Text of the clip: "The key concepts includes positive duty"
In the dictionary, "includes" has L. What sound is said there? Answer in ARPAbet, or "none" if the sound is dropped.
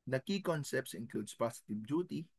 none